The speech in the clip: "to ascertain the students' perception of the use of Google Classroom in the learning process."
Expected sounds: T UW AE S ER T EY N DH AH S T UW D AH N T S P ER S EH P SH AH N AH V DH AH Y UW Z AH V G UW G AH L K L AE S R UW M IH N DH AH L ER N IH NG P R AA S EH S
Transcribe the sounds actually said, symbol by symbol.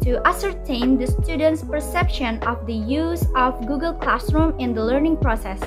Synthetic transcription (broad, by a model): T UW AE S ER T EY N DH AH S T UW D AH N T S P ER S EH P SH AH N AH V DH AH Y UW Z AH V G UW G AH L K L AE S R UW M IH N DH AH L ER N IH NG P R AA S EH S